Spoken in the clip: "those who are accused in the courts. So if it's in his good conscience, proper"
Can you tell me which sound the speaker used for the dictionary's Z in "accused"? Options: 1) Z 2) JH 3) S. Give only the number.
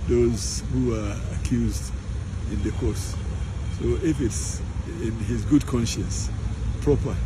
1